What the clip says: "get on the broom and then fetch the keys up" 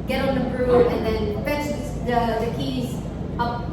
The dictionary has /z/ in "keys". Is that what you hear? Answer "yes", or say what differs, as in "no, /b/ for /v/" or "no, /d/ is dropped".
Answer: yes